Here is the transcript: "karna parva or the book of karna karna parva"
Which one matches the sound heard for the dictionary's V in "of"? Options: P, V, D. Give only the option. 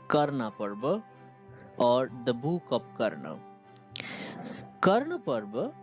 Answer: P